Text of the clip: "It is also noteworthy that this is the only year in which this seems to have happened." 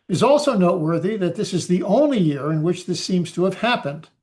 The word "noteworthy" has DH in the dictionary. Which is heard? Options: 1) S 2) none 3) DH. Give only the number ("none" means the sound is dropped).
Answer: 3